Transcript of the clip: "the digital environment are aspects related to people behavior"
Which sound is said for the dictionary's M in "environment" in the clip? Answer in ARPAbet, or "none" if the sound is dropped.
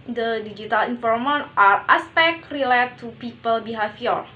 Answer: none